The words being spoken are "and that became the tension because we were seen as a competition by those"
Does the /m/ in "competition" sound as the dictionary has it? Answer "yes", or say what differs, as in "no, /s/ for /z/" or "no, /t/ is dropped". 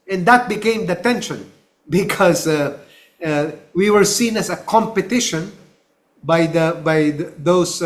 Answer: yes